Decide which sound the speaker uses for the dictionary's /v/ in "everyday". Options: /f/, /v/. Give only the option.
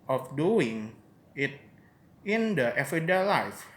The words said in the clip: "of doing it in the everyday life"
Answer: /f/